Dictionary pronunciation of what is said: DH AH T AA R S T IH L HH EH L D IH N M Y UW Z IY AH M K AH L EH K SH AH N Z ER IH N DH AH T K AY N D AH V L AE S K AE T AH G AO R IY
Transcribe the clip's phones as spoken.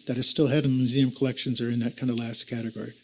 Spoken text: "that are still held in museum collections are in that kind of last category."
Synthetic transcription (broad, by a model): DH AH T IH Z S T IH L HH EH D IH N M Y UW Z IY AH M K AH L EH K SH AH N Z ER IH N DH AH T K AY N D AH L AE S K AE T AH G AO R IY